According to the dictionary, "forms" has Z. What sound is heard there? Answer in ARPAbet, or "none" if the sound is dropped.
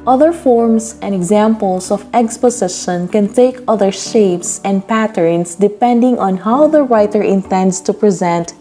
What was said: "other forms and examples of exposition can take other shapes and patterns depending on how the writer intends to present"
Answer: S